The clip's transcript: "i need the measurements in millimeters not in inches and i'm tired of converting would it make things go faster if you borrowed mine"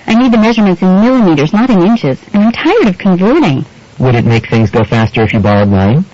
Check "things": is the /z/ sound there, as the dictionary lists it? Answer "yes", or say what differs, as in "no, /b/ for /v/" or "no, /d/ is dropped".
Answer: yes